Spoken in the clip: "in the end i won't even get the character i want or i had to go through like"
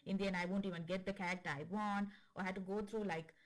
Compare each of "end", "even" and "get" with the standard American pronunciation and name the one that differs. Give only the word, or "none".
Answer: end